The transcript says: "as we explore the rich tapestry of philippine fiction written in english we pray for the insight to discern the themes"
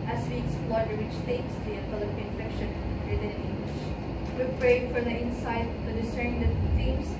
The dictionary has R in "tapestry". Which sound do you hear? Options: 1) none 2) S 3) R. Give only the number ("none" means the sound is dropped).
1